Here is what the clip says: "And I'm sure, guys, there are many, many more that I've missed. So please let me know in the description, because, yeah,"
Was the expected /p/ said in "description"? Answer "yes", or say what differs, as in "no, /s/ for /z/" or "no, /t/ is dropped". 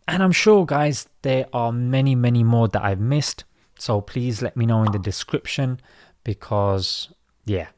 yes